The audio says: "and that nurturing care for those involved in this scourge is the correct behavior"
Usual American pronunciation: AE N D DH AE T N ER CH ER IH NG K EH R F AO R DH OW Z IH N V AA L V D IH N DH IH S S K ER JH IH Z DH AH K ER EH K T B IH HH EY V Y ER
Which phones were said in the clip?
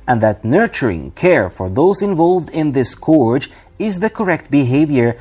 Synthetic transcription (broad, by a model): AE N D DH AE T N ER CH ER IH NG K EH R F AO R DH OW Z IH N V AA L V D IH N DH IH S S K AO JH IH Z DH AH K ER EH K T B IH HH EY V Y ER